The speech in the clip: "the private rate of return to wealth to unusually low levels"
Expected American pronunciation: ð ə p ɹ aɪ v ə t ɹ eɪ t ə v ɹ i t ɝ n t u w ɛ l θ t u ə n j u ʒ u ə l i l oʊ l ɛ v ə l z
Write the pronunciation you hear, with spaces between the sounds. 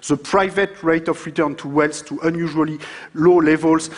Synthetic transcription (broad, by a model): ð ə p ɹ aɪ v ə t ɹ eɪ t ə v ɹ i t ɝ n t u w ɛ l s t u ə n j u ʒ u ə l i l oʊ l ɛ v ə l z